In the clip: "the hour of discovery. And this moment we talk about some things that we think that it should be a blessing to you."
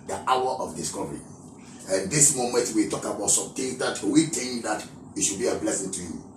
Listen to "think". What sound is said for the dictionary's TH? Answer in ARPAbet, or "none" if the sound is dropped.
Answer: T